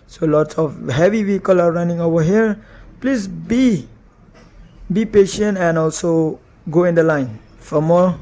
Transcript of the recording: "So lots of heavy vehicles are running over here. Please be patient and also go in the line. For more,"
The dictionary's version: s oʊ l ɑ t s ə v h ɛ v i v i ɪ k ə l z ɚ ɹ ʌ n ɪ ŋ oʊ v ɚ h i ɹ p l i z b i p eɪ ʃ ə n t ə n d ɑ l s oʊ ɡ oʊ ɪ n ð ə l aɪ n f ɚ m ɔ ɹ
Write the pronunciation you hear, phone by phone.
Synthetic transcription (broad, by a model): s oʊ l ɑ t s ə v h ɛ v i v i k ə l ɑ ɹ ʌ n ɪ ŋ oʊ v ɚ h i ɹ p l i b b i p eɪ ʃ ə n t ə n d ɑ l s oʊ ɡ oʊ ɪ n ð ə l aɪ n f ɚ m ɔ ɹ